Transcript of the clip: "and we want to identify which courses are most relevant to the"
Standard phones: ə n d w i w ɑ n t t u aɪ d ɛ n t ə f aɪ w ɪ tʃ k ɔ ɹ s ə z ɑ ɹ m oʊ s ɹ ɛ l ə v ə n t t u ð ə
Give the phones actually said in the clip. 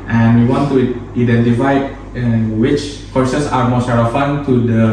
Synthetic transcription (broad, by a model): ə n w i w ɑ n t t u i d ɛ n t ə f aɪ w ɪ tʃ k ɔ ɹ s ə s ɑ ɹ m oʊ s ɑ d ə f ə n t t u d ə